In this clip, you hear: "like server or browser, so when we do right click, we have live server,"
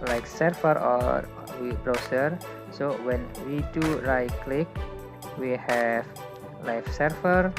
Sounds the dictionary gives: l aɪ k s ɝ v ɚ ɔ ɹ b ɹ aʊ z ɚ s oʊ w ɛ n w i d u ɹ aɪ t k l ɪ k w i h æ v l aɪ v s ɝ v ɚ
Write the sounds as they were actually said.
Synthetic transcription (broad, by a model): l aɪ k s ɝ f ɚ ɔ w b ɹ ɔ s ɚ s oʊ w ɛ n w i d u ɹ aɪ k l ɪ k w i h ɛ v l aɪ f s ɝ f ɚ